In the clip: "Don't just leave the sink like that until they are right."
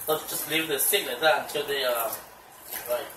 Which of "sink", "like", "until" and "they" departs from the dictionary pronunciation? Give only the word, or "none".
sink